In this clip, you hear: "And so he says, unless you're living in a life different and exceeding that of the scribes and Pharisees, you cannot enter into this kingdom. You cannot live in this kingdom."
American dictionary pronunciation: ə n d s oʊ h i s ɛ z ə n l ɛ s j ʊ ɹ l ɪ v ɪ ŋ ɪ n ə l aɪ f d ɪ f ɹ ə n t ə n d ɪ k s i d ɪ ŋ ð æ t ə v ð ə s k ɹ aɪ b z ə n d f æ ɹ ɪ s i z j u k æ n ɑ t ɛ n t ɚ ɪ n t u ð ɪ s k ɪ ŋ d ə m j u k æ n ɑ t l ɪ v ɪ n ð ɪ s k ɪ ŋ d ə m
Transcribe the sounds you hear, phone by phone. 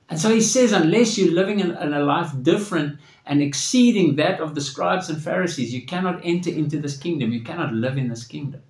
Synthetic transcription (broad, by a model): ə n s oʊ h i s ɛ z ə n l ɛ s j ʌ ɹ l ɪ v ɪ ŋ ɪ n ə l aɪ f d ɪ f ɹ ə n t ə n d ɪ k s i d ɪ ŋ ð æ t ə v ð ə s k ɹ aɪ b z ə n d f æ ɹ ɪ s i z j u k æ n ɑ t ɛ n t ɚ ɪ n t u ð ɪ s k ɪ ŋ d ə m j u k æ n ɑ t l ɪ v ɪ n ð ɪ s k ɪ ŋ d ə m